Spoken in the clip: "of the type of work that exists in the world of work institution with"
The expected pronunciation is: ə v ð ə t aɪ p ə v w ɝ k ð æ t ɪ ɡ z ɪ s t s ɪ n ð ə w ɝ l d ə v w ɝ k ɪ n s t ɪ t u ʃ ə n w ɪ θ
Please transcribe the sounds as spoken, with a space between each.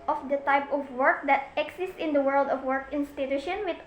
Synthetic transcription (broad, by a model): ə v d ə t aɪ p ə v w ɝ k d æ t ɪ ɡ s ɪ s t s ɪ n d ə w ɝ l d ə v w ɝ k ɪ n s t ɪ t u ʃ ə n w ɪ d